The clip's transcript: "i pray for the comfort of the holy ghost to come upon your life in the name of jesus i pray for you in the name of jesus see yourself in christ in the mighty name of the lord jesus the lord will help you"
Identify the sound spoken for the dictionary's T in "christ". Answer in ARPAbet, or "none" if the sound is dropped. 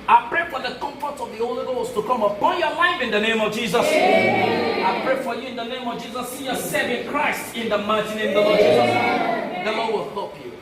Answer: T